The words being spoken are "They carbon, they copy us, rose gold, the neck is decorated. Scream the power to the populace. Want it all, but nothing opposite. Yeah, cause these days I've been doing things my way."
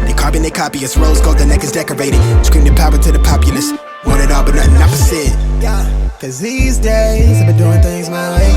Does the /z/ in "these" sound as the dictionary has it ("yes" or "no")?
yes